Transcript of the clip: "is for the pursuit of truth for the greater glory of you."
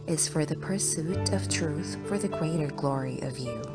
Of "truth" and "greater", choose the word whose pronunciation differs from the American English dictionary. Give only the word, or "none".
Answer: none